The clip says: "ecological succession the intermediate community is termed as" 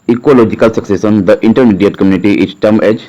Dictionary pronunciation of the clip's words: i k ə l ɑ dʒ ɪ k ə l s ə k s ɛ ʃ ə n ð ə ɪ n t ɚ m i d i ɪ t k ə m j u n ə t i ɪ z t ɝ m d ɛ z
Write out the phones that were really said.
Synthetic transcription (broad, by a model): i k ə l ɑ dʒ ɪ k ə l s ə k s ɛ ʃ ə n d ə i n t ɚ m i d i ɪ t k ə m j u n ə t i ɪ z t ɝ m ɛ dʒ